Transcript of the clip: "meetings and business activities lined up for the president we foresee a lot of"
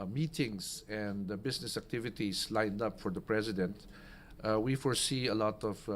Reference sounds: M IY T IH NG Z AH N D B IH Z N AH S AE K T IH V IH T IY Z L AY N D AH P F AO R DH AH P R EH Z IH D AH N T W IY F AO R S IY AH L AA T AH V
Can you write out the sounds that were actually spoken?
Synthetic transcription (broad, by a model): M IY T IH NG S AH N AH B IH S N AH S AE K T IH V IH T IY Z L AY N D AH P F AO R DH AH P R EH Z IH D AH N T W IY F AO R S IY AH L AA T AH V